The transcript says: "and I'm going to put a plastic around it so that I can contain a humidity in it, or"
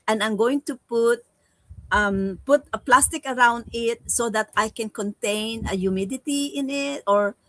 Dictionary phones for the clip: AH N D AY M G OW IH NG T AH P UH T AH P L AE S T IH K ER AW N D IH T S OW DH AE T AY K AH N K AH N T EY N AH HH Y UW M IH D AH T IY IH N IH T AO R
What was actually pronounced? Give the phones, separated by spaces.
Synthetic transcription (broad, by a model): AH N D AY M G OW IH NG T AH P UH T AH P L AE S T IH K ER AW N D IH T S OW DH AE T AY K AH N K AH N T EY N AH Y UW M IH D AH T IY IH N IH T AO R